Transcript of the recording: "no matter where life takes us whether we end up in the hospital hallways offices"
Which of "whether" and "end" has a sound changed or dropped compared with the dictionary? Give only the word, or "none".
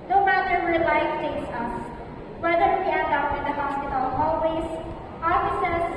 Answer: end